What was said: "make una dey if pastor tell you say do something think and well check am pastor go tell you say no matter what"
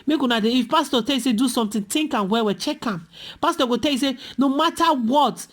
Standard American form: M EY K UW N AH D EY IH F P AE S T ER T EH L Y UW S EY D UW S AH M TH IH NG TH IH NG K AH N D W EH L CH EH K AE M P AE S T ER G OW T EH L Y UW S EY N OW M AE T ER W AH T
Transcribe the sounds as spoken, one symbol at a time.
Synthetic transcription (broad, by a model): M EY K UW N AH D EY IH F P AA S T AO T EH L Y UW S EY D UW S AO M T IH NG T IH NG K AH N W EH W CH EH K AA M P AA S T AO G OW T EH L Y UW S EY N OW M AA T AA W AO T